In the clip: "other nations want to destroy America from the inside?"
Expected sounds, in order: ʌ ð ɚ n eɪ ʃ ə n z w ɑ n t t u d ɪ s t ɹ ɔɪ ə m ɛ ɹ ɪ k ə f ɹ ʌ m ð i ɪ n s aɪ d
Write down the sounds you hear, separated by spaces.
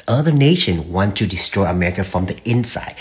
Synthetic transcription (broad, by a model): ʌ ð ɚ n eɪ ʃ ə n w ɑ n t t u d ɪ s t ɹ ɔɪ ə m ɛ ɹ ɪ k ə f ɹ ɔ m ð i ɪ n s aɪ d